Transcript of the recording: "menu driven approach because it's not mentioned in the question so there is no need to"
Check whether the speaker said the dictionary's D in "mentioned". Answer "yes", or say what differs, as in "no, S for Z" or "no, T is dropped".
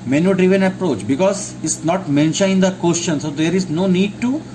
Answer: no, D is dropped